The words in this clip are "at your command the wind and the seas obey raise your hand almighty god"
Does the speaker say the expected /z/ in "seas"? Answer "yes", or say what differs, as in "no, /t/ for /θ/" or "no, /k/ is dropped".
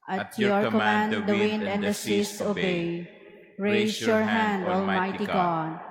no, /s/ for /z/